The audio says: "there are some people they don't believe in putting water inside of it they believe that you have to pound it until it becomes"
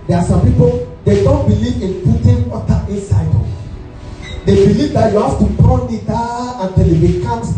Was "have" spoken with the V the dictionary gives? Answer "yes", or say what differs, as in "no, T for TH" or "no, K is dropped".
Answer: no, F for V